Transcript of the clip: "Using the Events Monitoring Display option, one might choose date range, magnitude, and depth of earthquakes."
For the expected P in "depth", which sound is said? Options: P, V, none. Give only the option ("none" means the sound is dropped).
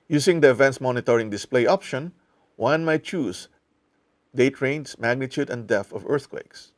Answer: none